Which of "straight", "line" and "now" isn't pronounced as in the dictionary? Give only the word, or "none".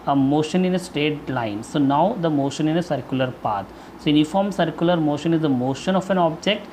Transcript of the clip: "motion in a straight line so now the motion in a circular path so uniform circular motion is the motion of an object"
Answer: straight